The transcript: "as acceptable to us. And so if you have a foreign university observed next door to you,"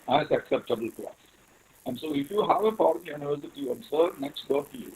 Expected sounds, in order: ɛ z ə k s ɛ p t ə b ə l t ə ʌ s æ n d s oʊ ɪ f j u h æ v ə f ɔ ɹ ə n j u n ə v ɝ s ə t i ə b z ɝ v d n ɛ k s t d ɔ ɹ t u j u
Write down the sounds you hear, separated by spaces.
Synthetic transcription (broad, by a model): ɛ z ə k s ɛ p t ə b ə l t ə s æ n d s oʊ ɪ f j u h æ v ə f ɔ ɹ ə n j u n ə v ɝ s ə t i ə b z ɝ d n ɛ k s t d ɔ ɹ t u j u